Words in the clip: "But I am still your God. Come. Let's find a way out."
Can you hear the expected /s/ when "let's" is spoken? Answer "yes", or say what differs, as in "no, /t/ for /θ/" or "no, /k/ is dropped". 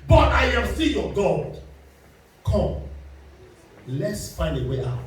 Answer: yes